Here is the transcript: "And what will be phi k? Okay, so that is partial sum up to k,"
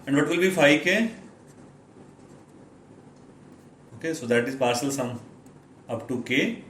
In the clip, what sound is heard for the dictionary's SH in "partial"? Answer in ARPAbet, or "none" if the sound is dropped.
S